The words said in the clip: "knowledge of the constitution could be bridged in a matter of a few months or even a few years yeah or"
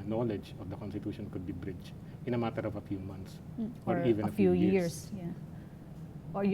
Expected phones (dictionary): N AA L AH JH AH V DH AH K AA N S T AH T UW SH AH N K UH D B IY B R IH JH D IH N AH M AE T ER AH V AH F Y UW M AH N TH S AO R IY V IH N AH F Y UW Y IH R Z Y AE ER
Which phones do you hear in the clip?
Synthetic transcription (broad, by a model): N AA L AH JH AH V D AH K AA N S T AH T UW SH AH N K UH D B IY B R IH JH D IH N AH M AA T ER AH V AH F Y UW M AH N T S AO R IY V IH N AH F Y UW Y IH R S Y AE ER